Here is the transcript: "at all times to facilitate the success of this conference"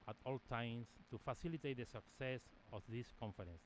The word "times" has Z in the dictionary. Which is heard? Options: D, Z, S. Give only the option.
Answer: S